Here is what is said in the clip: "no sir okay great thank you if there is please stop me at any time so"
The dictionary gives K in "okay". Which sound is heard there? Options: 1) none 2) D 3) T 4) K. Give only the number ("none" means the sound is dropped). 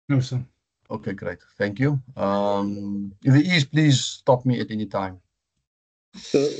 4